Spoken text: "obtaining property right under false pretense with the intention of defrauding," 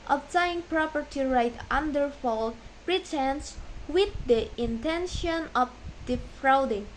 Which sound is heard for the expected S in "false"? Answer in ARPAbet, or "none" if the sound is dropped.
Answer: none